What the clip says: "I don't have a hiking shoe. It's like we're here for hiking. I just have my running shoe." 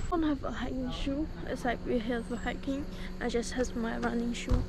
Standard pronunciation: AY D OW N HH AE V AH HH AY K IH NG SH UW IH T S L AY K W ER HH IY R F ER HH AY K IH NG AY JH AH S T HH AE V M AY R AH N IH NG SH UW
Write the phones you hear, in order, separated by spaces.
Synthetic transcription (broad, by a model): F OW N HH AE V AH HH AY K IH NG SH UW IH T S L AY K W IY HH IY L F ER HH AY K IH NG AY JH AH S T HH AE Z M AY R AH N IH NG SH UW